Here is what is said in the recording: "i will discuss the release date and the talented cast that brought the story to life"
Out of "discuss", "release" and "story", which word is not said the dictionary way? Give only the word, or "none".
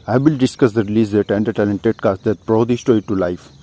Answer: story